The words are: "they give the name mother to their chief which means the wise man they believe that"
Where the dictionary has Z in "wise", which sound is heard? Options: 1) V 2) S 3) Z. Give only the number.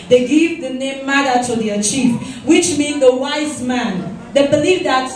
3